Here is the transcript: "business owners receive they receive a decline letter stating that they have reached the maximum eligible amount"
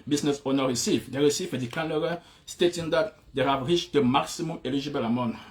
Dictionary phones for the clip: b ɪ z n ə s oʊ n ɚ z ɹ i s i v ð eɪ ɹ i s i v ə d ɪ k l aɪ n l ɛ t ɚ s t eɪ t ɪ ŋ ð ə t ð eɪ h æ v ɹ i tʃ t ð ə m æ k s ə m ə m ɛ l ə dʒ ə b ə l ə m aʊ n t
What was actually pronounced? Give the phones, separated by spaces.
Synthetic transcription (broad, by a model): b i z n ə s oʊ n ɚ ɹ i s i v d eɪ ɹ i s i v ə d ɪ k aɪ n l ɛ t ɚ s t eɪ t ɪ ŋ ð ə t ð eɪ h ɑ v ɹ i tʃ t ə m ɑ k s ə m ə m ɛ l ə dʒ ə b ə l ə m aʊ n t